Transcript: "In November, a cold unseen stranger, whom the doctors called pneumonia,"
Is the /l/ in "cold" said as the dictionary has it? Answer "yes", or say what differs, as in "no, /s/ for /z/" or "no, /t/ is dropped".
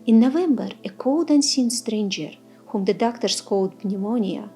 yes